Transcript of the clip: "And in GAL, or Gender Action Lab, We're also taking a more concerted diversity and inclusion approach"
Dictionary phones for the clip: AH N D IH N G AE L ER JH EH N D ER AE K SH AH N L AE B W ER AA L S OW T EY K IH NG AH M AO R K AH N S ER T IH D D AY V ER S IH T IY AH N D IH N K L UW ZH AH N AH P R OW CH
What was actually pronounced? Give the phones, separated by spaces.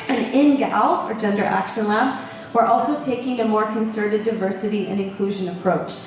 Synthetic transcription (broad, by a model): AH N IH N G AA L ER JH EH N D ER AE K SH AH N L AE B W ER AA L S OW T EY K IH NG AH M AO R K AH N S ER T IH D D AY V ER S IH T IY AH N IH N K L UW ZH AH N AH P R OW CH